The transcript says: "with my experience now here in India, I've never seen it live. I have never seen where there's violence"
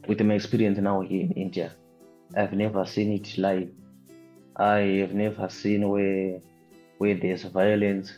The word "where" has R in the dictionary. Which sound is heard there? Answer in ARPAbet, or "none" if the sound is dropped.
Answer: W